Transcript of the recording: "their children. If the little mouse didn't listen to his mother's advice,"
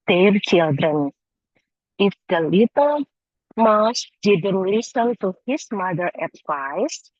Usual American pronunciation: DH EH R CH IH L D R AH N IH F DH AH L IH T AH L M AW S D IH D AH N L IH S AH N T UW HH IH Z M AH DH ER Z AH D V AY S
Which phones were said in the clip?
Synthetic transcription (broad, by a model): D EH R CH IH L D R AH N IH F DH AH L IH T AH L M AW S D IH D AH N L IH S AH N T UW HH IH S M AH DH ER AH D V AY S